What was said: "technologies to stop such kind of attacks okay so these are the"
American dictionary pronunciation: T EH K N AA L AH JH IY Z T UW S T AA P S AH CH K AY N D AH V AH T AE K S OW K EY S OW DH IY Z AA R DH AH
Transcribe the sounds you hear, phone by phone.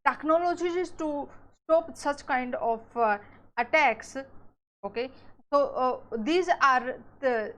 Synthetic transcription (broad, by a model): T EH K N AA L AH JH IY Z T UW S T AA P S AH CH K AY N D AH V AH T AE K S OW K EY S OW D IY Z AA R